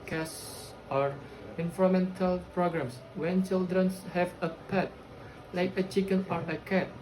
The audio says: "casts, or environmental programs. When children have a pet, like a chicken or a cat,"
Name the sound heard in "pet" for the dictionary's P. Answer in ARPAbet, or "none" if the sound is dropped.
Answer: P